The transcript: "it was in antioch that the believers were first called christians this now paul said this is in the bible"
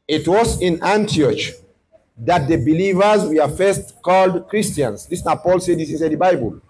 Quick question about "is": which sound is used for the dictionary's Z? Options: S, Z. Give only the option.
S